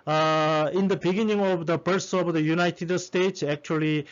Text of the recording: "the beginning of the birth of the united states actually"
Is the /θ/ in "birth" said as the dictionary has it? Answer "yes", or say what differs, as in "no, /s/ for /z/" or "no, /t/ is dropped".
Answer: no, /s/ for /θ/